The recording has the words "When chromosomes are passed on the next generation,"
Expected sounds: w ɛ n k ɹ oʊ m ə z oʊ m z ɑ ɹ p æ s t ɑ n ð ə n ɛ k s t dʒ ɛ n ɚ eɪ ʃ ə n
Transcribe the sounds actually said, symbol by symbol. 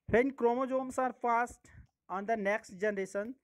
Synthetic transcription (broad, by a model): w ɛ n k ɹ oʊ m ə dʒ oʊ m s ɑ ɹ f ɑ s t ɑ n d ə n ɛ k s t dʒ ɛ n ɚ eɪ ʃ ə n